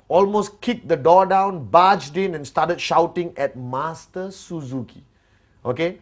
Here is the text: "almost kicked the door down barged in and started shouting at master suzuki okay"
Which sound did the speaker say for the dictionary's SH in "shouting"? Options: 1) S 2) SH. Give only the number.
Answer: 2